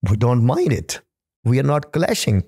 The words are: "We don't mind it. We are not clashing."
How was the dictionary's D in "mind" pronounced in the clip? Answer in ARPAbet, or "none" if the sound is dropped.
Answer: D